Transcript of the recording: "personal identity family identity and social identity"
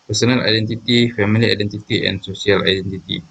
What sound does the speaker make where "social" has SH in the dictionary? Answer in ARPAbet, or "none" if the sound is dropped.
S